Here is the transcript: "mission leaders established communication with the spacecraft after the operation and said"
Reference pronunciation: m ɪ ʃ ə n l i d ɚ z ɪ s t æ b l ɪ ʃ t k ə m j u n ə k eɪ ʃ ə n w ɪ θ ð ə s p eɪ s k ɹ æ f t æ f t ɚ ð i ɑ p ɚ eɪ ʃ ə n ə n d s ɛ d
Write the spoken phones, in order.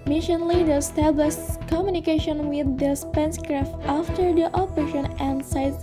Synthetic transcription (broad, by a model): m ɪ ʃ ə n l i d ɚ ɪ s t æ b l ɪ ʃ t k ə m j u n ə k eɪ ʃ ə n w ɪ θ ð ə s p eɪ s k ɹ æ f t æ f t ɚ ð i ɑ p ɚ eɪ ʃ ə n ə n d s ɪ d